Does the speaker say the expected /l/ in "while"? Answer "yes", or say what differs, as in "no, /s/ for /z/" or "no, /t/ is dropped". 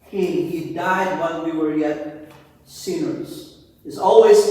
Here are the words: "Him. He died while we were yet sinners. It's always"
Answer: no, /n/ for /l/